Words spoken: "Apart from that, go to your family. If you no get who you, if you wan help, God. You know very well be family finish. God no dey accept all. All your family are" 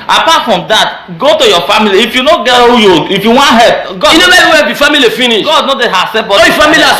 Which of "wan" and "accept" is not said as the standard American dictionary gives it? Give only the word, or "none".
accept